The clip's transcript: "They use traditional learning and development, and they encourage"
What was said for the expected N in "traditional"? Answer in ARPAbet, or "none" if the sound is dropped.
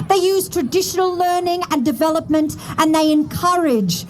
N